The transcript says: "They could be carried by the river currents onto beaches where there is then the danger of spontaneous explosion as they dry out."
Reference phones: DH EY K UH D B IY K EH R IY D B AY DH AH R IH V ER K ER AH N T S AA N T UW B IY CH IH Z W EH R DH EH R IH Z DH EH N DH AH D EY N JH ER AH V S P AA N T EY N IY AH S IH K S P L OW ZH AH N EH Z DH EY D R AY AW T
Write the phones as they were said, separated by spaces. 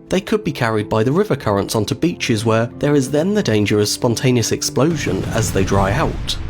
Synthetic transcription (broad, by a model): DH EY K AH D B IY K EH R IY D B AY DH AH R IH V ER K ER AH N T S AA N T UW B IY CH IH Z W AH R DH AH R IH Z DH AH N DH AH D EY N JH ER AH V S P AA N T EY N IY AH S IH K S P L OW ZH AH N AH Z DH EY D R AY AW T